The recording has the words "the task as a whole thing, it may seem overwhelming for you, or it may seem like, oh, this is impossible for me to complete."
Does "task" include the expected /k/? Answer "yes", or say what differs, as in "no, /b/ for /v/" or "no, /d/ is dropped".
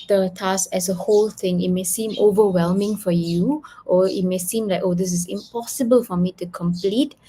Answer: no, /k/ is dropped